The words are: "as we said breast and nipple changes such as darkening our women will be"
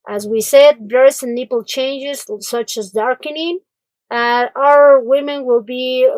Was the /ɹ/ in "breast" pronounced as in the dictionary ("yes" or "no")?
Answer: no